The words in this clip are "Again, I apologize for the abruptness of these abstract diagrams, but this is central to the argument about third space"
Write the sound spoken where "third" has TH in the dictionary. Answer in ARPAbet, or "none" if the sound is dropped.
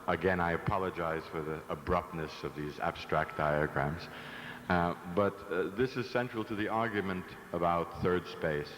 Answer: TH